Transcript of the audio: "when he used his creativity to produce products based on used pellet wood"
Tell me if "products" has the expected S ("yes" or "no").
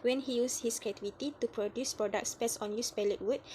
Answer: yes